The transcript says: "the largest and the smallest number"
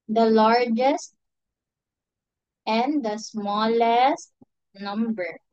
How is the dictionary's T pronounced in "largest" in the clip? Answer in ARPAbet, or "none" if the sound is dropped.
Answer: T